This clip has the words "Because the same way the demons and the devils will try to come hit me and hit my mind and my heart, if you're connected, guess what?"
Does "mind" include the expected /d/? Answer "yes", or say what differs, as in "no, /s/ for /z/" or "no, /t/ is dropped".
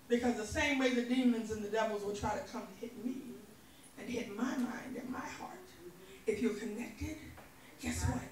yes